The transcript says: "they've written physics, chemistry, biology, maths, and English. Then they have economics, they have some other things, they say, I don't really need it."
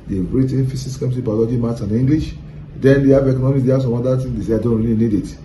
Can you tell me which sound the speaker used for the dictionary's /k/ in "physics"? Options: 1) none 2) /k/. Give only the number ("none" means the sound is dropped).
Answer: 1